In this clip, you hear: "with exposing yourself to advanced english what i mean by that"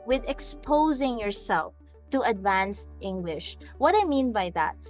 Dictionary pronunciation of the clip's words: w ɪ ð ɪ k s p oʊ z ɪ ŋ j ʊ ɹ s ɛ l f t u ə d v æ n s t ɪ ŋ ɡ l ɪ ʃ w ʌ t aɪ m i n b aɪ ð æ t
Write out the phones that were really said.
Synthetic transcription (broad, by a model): w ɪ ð ɪ k s p oʊ z ɪ ŋ j ʊ ɹ s ɛ l f t u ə d v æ n s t ɪ ŋ ɡ l ɪ ʃ w ʌ t aɪ m i n b aɪ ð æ t